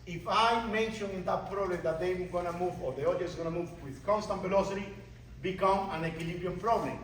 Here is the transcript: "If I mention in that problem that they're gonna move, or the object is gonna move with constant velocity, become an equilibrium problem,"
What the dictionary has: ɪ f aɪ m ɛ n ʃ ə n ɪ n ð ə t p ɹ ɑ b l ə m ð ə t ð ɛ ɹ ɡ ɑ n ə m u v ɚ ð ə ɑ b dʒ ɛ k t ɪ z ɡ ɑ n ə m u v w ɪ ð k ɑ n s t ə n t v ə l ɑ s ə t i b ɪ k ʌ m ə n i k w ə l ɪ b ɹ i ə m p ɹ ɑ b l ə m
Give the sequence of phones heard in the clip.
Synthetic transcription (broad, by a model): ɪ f aɪ m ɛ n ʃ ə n ɪ n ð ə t p ɹ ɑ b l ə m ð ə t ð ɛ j ɡ ɑ n ə m u v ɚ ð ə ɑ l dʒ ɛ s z ɡ ɑ n ə m u v w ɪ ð k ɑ n s t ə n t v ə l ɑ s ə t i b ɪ k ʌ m ə n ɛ k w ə l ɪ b i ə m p ɹ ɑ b l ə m